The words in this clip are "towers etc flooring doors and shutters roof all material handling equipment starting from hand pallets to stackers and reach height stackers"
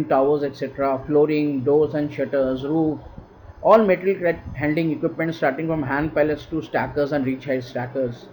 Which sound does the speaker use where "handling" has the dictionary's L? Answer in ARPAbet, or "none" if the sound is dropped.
none